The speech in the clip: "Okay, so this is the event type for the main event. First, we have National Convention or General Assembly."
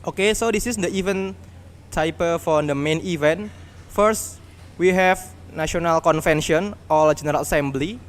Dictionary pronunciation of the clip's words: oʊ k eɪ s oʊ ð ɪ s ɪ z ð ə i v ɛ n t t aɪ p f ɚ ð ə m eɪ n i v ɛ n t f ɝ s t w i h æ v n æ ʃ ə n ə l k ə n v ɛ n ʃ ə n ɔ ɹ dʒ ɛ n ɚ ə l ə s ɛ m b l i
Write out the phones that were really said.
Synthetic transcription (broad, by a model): oʊ k eɪ s oʊ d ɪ s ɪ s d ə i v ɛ n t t aɪ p f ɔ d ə m eɪ n i v ɛ n t f ɝ s t w i h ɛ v n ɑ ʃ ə n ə l k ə n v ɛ n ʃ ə n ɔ l dʒ ɛ n ɚ ə l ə s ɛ m b l i